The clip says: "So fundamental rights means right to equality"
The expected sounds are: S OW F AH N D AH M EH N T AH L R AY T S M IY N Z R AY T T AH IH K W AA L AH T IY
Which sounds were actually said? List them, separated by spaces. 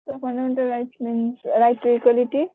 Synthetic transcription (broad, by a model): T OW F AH N D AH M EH N T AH L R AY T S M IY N R AY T T AH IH K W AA L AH T IY